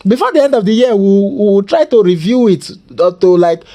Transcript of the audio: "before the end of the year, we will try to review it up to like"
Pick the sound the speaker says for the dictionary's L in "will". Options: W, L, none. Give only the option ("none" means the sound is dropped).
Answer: W